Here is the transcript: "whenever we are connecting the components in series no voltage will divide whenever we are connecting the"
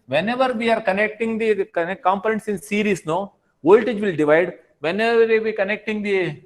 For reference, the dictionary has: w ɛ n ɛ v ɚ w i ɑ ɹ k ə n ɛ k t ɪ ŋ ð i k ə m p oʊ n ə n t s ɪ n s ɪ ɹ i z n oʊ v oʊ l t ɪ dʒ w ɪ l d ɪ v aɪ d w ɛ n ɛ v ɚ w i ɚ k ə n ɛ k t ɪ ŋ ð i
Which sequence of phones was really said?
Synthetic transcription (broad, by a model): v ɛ n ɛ v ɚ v i ɑ ɹ k ə n ɛ k t ɪ ŋ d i k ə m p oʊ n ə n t s ɪ n s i ɹ i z n oʊ v oʊ l t ɪ dʒ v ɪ l d ɪ v aɪ d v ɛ n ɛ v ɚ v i k ə n ɛ k t ɪ ŋ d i